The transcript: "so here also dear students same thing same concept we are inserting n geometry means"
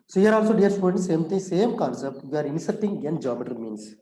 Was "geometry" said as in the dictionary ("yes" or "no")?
no